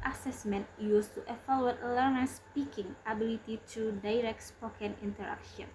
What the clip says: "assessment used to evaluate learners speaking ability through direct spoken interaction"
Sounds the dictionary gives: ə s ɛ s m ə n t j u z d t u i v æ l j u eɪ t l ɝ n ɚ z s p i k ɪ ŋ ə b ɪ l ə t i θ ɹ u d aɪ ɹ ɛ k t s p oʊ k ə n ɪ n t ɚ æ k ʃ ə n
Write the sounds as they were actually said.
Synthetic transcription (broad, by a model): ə s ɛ s m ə n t j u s t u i f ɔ l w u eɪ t l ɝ n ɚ s p i k ɪ ŋ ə b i l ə t i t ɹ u d aɪ ɹ ɛ k t s p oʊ k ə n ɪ n t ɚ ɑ k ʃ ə n